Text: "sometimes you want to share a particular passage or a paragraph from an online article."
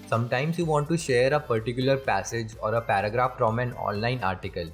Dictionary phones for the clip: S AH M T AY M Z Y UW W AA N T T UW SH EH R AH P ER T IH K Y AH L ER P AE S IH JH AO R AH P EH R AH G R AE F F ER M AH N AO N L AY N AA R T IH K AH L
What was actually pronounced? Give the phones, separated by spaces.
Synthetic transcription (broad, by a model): S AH M T AY M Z Y UW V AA N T T UW SH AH R AH P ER T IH K Y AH L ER P AE S IH JH AO R AH P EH R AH G R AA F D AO M AH N AO N L AY N AA R T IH K AH L